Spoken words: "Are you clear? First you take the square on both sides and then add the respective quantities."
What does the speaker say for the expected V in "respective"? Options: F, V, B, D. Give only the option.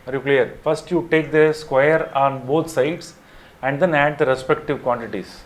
V